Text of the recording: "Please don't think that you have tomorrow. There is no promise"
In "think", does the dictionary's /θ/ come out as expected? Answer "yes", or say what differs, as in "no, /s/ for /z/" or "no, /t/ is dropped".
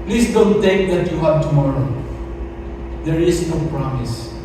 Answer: no, /t/ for /θ/